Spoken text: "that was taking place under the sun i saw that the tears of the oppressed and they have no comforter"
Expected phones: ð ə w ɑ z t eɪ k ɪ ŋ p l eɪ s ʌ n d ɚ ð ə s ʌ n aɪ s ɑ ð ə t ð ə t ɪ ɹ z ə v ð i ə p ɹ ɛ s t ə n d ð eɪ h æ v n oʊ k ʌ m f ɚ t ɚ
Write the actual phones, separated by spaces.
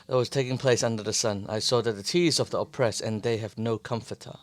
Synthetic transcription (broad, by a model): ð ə w ɑ z t eɪ k ɪ ŋ p l eɪ s ʌ n d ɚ ð ə s ʌ n aɪ s ɑ ð ə t ð ə t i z ə v ð i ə p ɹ ɛ s ə n ð eɪ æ v n oʊ k ʌ m f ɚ t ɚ